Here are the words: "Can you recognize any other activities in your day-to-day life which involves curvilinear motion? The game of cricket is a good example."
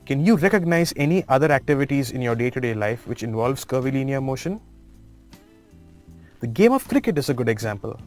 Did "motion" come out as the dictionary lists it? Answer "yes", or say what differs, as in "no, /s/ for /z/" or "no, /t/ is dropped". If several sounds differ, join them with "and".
yes